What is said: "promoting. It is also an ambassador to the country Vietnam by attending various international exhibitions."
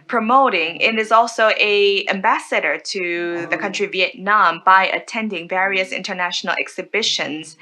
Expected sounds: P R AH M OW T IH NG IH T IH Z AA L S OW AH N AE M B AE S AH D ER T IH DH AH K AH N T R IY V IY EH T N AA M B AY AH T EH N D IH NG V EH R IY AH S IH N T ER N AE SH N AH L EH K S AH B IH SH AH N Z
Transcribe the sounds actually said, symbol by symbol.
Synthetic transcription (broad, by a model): P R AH M OW T IH NG IH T IH Z AA L S OW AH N AE M B AE S AH D ER T IH DH AH K AH N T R IY V IY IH T N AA M B AY AH T EH N D IH NG V EH R IY AH S IH N T ER N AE SH N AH L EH K S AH B IH SH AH N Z